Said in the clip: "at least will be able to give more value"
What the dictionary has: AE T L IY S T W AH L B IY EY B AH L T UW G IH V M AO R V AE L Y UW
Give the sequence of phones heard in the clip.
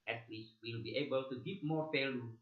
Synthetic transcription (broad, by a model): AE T W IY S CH W AH L B IY EY B AH L T UW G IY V M AO R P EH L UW